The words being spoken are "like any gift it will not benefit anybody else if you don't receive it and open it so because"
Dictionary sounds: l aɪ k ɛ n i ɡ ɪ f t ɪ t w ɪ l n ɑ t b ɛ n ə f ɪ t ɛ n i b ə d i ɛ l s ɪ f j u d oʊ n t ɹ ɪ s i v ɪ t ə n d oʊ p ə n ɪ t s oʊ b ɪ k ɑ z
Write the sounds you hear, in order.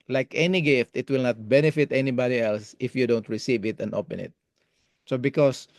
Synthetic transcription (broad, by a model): l aɪ k ɛ n i ɡ ɪ f t ɪ t w ɪ l n ɑ t b ɛ n ə f ɪ t ɛ n i b ə d i ɛ l s ɪ f j u d oʊ n t ɹ ɪ s i v ɪ t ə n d oʊ p ə n ɪ t s oʊ b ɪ k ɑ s